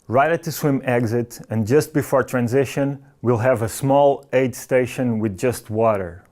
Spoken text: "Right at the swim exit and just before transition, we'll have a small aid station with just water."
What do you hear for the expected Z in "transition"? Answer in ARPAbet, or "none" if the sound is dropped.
Z